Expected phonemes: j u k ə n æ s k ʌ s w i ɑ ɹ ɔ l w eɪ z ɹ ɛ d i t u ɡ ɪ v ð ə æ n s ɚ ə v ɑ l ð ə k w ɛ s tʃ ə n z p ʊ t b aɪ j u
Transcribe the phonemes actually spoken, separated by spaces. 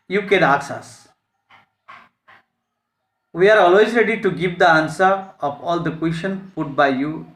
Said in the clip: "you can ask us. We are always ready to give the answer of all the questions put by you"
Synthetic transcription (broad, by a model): j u k ə n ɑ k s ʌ s w i ɑ ɹ ɔ l w eɪ z ɹ ɛ d i t u ɡ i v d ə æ n s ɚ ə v ɑ l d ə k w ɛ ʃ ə n p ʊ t b aɪ j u